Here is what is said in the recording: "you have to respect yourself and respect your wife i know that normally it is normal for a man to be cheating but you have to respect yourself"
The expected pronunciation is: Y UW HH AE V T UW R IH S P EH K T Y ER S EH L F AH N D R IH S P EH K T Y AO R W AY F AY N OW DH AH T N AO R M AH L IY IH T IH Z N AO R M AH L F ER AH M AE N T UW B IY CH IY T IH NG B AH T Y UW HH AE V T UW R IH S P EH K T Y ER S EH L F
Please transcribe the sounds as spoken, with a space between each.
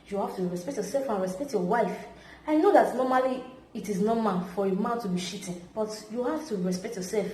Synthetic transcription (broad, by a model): Y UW HH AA F T UW R IH S P EH K T Y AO S EH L F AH N R IH S P EH K T Y AO W AY F AY N OW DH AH T N AO M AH L IY T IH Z N AO M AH N F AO AH M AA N T UW B IY SH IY T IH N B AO T Y UW HH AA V T UW R IH S P EH K T Y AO S EH L F